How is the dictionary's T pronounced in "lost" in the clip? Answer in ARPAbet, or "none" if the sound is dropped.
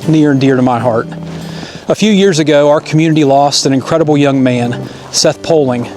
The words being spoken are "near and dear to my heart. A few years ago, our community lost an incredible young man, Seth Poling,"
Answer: T